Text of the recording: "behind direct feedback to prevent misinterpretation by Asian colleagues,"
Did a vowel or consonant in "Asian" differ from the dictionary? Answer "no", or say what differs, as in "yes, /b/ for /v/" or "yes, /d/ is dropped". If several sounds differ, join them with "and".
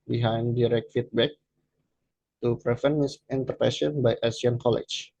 yes, /s/ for /ʒ/